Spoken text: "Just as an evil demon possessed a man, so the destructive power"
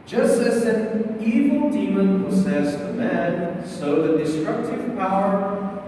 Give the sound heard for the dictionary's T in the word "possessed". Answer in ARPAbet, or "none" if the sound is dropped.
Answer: none